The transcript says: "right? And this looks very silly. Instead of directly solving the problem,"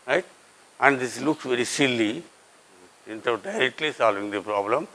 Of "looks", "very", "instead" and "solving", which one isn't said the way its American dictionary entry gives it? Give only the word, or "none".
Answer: instead